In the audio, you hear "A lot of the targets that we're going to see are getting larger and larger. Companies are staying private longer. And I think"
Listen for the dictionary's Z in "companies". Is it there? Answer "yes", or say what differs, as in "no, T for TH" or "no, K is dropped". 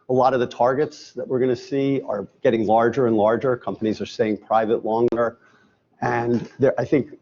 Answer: yes